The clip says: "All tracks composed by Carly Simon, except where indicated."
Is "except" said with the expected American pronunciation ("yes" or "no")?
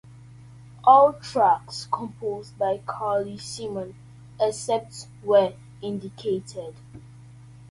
no